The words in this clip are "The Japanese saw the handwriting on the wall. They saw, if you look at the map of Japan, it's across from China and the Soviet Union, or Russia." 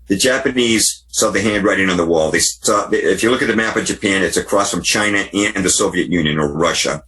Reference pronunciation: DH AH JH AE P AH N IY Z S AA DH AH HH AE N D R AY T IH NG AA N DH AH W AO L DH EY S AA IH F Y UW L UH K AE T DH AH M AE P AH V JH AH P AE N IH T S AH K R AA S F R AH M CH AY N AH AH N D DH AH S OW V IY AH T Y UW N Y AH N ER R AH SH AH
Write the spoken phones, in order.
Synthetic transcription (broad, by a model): DH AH JH AE P AH N IY Z S AA DH AH HH AE N D R AY T IH NG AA N DH AH W AO L DH EY S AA IH F Y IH L UH K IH T DH AH M AE P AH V JH AH P AE N IH T S AH K R AA S F R AH M CH AY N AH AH N DH AH S OW V IY AH T Y UW N Y AH N ER R AH SH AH